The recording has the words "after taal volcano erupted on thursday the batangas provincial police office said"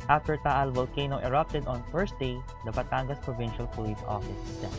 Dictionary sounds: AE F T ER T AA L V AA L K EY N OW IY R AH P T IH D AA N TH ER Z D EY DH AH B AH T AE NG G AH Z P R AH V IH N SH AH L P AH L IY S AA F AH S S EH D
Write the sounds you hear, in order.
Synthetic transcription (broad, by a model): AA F T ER T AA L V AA L K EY N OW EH R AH P T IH D AA N F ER S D EY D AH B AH T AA NG G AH S P R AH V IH N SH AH L P AH L IY S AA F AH S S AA